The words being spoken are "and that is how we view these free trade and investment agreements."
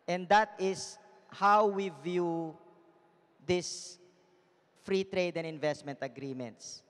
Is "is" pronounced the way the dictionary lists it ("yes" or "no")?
no